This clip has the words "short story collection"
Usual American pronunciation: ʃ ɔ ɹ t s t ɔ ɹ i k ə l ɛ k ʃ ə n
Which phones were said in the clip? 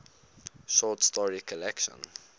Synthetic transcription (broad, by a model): ʃ ɔ t s t ɔ ɹ i k ə l ɛ k ʃ ə n